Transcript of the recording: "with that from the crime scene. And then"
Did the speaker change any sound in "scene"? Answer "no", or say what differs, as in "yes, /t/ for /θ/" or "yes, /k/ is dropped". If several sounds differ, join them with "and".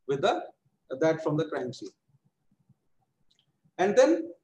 yes, /n/ is dropped